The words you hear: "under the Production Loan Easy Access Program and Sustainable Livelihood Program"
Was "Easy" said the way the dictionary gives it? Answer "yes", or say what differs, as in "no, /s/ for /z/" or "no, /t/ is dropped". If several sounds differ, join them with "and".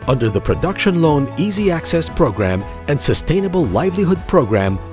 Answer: yes